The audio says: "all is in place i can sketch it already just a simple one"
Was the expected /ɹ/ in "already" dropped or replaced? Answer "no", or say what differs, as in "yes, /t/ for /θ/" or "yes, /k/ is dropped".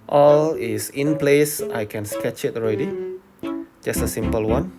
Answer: no